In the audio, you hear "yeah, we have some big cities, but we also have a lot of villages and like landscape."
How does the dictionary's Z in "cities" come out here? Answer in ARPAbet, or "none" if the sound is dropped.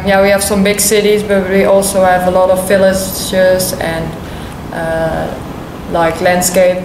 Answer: Z